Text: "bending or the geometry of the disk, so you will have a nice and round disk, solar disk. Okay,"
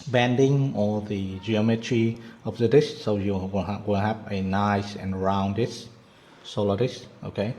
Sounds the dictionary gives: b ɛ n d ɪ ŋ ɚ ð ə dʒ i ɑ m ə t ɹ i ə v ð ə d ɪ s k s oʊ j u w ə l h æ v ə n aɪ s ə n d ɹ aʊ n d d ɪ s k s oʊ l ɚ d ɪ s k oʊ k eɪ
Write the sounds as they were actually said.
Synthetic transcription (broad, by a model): b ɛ n d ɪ ŋ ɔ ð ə dʒ i ɑ m ə t ɹ i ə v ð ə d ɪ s s oʊ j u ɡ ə n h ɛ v ə n aɪ s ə n ɹ aʊ n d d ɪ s s oʊ l ɚ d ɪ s oʊ k eɪ